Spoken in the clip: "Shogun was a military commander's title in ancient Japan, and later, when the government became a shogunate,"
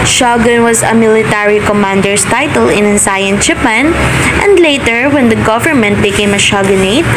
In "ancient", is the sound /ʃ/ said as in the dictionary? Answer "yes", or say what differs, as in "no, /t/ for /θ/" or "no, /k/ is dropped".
no, /s/ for /ʃ/